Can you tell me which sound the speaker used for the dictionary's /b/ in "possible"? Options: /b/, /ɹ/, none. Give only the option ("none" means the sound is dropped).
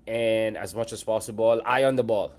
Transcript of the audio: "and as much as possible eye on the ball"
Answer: /b/